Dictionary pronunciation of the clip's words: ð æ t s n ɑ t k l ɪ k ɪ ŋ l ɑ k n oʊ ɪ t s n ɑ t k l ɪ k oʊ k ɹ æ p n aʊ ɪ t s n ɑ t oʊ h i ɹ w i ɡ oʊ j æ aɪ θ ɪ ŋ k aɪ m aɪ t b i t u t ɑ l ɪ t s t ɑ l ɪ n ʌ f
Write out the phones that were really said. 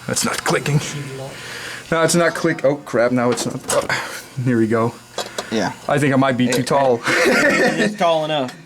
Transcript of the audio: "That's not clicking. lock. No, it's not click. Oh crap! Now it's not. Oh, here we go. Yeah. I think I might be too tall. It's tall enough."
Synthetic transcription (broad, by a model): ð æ t s n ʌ t k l ɪ k ɪ ŋ n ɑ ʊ ɪ t s n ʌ t k w ɪ k oʊ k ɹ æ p n aʊ ɪ t s n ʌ t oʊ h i ɹ w i ɡ oʊ j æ aɪ θ ɪ ŋ k aɪ m aɪ t b i t u t ɑ l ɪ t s t ɑ l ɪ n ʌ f